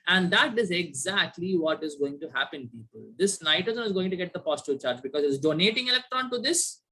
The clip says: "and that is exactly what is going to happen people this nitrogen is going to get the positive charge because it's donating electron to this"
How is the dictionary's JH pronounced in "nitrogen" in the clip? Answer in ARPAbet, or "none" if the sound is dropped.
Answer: Z